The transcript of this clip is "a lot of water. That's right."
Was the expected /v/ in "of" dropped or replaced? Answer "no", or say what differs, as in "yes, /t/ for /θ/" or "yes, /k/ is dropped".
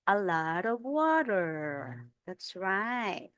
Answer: no